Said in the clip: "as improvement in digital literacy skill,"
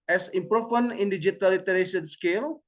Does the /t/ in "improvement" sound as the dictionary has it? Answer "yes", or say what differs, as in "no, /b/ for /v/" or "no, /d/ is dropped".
no, /t/ is dropped